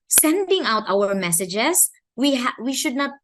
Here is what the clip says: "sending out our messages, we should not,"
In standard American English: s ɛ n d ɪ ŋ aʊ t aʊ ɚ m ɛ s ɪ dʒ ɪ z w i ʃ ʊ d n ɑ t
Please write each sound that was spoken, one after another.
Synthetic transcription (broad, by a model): s ɛ n d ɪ ŋ aʊ t aʊ ɚ m ɛ s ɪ dʒ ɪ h w i ʃ ʊ d n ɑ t